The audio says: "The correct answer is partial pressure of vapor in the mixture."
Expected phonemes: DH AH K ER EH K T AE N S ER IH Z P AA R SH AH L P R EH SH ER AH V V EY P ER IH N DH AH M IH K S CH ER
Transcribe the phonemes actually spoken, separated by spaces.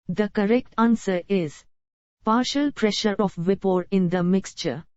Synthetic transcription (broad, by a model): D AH K ER EH K T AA N S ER IH Z P AA R SH AH L P R EH SH ER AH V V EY P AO IH N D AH M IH K S CH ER